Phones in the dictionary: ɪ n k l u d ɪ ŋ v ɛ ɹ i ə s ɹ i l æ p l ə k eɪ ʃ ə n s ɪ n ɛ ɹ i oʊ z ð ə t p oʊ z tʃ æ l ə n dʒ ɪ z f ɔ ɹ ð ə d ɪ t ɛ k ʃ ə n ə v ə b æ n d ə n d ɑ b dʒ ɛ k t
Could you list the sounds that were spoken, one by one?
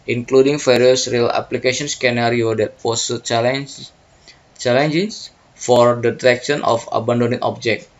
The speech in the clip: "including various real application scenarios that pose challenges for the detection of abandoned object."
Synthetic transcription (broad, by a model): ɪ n k l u d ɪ ŋ f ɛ ɹ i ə s ɹ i l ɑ p l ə k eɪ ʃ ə n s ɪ n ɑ ɹ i oʊ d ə t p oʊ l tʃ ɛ l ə n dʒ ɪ s f ɔ ɹ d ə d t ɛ k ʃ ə n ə f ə b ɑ n d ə n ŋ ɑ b dʒ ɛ k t